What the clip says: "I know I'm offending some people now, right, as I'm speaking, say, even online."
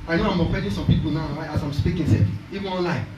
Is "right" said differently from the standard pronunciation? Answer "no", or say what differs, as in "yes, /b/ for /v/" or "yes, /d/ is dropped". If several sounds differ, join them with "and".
yes, /t/ is dropped